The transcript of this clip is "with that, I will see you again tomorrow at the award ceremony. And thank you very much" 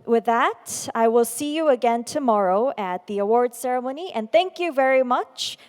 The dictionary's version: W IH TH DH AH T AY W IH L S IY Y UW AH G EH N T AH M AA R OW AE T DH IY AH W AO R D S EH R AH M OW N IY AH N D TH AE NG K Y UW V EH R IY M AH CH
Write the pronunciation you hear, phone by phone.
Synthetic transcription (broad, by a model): W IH DH AH T AY W IH L S IY Y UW AH G EH N T AH M AA R OW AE T DH IY AH W AO R D S EH R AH M OW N IY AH N TH AE NG K Y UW V EH R IY M AH CH